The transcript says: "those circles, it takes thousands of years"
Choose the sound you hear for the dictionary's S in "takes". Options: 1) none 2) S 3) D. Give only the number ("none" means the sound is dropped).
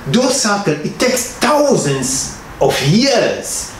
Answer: 2